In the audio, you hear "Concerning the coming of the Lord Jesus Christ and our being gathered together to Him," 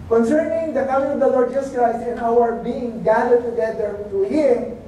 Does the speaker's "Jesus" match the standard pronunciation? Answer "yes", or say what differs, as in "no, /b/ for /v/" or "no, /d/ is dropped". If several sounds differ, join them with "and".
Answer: no, /s/ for /z/